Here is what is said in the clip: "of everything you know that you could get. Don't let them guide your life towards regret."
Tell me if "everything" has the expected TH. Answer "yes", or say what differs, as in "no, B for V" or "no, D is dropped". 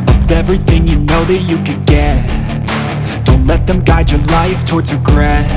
yes